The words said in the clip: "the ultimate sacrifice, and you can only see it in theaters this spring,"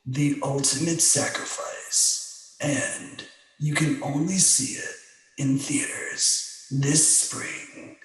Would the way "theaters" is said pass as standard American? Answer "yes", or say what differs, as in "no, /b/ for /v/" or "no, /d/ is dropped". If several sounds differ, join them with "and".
yes